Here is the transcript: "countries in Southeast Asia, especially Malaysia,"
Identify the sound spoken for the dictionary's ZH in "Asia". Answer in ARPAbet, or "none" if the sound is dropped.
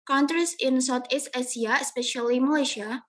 S